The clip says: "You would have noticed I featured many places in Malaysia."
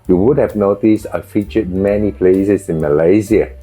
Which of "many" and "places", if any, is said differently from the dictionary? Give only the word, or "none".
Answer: places